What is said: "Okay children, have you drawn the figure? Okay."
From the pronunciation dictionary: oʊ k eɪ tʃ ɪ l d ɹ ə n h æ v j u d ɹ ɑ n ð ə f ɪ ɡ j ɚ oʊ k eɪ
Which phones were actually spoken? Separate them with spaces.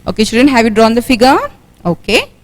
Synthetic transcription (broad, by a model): oʊ k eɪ ʃ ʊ d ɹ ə n h æ v j u d ɹ ɑ n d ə f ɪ ɡ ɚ oʊ k eɪ